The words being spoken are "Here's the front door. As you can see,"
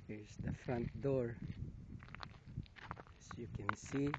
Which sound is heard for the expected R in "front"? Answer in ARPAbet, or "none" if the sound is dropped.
R